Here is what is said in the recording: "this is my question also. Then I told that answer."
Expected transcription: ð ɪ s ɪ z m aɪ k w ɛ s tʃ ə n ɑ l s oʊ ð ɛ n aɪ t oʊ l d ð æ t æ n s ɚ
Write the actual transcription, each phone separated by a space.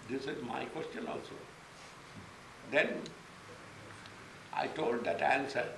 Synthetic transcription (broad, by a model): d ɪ s ɪ z m aɪ k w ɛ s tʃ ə n ɑ l s oʊ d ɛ n aɪ t oʊ l d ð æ t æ n s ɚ